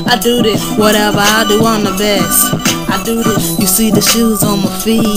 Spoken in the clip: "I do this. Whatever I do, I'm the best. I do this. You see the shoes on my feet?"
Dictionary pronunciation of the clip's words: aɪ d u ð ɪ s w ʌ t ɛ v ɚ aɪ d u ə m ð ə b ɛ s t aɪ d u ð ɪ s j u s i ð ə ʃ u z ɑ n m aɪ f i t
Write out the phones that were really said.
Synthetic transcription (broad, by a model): aɪ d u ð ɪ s w ʌ t ɛ v ɚ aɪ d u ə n ð ə b ɛ s t aɪ d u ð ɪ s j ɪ s i ð ə ʃ u z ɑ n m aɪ f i